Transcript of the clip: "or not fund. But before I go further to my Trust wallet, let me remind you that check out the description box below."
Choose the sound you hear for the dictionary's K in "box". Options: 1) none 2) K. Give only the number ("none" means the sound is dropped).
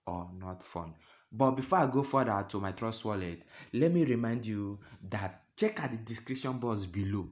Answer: 1